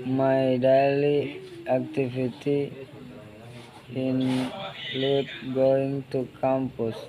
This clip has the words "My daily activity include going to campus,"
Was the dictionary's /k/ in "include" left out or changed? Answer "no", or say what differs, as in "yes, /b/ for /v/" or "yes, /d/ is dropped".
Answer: yes, /k/ is dropped